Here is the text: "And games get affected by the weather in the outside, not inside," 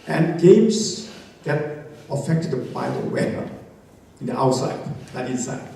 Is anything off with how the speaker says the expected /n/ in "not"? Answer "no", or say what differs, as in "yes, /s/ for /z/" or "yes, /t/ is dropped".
yes, /l/ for /n/